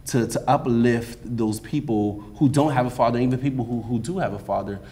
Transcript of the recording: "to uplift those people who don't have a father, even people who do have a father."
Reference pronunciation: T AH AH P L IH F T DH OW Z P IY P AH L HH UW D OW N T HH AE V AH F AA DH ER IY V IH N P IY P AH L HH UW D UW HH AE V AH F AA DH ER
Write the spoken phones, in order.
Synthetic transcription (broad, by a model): T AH AH P L IH F T DH OW Z P IY P L HH UW D OW N T HH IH V AH F AA DH ER IY V IH N P IY P L HH UW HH UW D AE V AH F AA DH ER